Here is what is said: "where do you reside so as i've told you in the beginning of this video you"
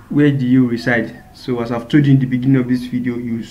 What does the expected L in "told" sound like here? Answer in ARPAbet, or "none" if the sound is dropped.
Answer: none